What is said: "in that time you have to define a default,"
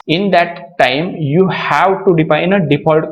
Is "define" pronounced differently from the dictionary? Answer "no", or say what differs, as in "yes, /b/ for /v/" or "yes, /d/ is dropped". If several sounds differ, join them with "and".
yes, /p/ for /f/